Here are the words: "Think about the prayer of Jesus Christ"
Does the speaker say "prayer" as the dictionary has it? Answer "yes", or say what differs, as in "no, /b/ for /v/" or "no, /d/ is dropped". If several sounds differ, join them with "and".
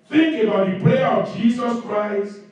no, /l/ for /ɹ/